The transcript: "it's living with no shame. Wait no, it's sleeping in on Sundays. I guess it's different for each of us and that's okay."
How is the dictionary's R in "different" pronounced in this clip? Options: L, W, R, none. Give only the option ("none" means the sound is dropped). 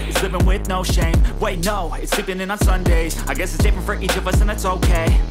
none